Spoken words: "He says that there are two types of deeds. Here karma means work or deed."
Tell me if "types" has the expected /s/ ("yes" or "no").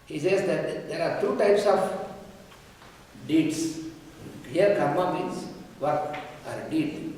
yes